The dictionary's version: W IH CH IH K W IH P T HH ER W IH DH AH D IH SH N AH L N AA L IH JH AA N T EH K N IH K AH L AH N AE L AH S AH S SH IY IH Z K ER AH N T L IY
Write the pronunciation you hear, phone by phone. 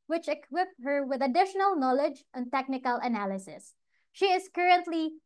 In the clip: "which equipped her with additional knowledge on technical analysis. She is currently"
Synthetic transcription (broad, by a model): W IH CH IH K W IH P HH ER W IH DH AH D IH SH N AH L N AA L IH JH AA N T EH K N IH K AH L AH N AE L AH S AH S SH IY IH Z K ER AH N T L IY